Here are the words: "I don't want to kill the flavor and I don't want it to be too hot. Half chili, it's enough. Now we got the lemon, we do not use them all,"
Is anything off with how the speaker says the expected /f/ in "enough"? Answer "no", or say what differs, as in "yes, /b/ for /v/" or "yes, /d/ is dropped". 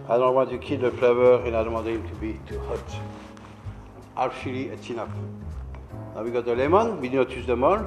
yes, /p/ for /f/